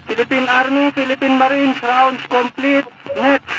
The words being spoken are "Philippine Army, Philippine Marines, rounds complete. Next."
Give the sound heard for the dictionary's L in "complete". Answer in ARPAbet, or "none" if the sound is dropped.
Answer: L